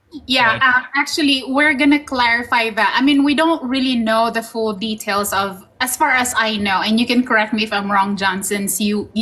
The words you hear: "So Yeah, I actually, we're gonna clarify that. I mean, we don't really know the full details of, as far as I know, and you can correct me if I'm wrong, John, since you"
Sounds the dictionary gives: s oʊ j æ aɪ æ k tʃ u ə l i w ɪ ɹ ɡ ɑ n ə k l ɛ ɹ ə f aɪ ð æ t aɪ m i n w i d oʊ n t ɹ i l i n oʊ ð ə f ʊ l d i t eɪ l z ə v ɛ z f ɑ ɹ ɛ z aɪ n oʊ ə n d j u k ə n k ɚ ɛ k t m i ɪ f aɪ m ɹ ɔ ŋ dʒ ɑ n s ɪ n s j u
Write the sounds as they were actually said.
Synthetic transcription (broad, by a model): j æ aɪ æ k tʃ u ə l i w ɪ ɹ ɡ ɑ n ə k l ɛ ɹ ə f aɪ ð æ t aɪ m i n w i d oʊ n t ɹ i l i n oʊ ð ə f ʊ l d i t eɪ l s ə v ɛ s f ɑ ɹ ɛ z aɪ n oʊ ə n d j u k ə n k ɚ ɛ k t m i ɪ f aɪ m ɹ ɔ ŋ dʒ ɑ n s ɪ n s j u